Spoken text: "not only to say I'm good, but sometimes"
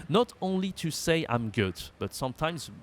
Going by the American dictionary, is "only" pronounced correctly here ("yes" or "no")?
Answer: yes